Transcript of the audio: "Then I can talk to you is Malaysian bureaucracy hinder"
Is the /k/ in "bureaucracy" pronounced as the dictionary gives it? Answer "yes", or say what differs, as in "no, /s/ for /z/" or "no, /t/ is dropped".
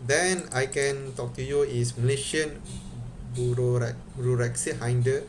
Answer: no, /k/ is dropped